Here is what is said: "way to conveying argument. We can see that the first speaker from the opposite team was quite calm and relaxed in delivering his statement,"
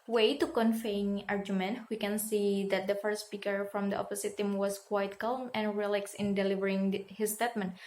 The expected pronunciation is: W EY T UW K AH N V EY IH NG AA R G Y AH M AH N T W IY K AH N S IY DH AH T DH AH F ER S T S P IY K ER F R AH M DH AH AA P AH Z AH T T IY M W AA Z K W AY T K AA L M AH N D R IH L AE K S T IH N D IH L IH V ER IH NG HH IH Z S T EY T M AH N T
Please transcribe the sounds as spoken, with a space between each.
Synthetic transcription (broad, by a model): W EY T UW K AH N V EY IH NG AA R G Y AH M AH N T W IY K AH N S IY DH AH T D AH F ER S S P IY K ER F R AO M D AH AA P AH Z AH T T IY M W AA S K W AY T K AA L M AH N R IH L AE K S IH N D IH L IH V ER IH NG HH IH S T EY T M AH N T